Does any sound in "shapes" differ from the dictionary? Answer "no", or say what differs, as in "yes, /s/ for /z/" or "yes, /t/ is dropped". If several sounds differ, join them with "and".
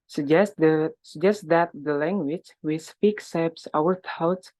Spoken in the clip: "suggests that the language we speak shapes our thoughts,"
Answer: yes, /s/ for /ʃ/